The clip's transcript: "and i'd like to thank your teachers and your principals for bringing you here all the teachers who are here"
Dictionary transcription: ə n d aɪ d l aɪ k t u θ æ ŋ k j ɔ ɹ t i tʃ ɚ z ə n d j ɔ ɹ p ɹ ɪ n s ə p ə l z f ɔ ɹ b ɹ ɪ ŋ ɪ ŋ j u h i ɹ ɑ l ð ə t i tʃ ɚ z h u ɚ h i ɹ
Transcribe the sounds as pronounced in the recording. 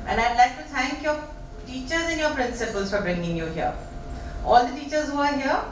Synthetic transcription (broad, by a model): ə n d aɪ d l aɪ k t u t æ ŋ k j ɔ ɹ t i tʃ ɚ z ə n j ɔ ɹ p ɹ ɪ n s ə p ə l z f ɔ ɹ b ɹ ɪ ŋ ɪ ŋ j u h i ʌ ɑ l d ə t i tʃ ɚ z h u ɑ h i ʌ